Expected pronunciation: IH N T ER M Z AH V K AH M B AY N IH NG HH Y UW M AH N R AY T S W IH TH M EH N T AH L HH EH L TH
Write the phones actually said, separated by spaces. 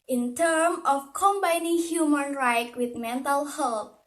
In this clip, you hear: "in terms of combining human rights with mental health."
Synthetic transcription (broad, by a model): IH N T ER M AH F K AH M B AY N IH NG HH Y UW M AH N R AY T W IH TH M EH N T AH L HH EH L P